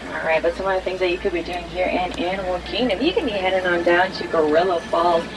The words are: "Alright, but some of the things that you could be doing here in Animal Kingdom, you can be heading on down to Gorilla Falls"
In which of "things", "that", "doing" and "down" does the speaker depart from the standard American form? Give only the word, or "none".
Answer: none